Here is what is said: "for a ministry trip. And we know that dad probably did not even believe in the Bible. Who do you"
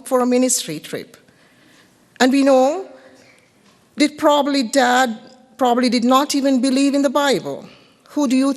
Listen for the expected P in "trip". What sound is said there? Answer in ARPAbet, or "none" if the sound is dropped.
P